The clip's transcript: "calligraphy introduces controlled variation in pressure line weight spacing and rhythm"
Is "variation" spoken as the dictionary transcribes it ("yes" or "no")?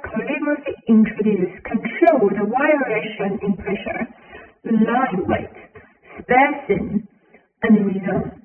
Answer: no